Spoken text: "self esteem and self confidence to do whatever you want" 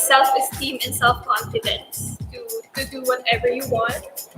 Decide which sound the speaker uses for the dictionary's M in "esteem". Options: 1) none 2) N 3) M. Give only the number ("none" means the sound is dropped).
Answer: 3